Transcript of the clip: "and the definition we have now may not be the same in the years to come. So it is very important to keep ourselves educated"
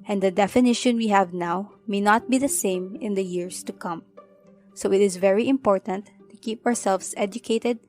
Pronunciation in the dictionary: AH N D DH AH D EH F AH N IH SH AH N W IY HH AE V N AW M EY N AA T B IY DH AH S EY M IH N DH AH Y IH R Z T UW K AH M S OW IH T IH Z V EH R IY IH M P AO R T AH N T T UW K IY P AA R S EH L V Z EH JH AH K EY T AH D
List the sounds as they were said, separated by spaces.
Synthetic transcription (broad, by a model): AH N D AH D EH F AH N IH SH AH N W IY HH AE V N AW M EY N AA T B IY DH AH S EY M IH N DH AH Y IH R S T UW K AH M S OW IH T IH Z V EH R IY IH M P AO R T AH N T T UW K IY P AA R S EH L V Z EH JH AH K EY T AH D